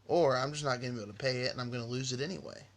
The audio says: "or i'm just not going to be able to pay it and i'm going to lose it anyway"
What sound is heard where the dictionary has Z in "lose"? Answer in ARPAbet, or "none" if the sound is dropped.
Z